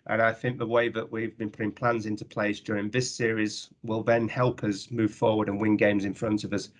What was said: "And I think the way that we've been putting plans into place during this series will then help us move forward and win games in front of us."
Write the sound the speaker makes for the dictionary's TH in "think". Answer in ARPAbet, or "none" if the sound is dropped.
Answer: TH